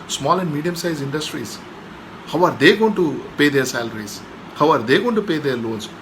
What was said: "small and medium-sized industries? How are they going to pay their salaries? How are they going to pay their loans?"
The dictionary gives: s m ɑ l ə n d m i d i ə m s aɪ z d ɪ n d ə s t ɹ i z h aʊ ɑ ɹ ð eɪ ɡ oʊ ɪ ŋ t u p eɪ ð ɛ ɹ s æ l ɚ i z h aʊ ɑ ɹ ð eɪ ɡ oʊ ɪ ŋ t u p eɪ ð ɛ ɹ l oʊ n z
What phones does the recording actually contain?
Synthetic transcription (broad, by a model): s m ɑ l ə n d m i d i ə m s aɪ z ɪ n d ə s t ɹ i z h aʊ ɑ ɹ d eɪ ɡ oʊ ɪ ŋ t u p eɪ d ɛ ɹ s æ l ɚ i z h aʊ ɑ ɹ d eɪ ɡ oʊ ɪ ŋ t u p eɪ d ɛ ɹ l oʊ n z